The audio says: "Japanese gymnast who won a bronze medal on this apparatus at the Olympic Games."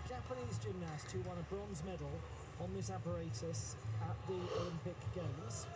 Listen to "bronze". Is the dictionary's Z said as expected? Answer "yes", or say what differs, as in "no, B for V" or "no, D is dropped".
yes